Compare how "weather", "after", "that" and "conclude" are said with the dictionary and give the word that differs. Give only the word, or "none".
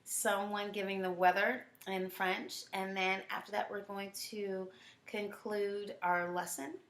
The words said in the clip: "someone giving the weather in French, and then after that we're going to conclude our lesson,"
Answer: none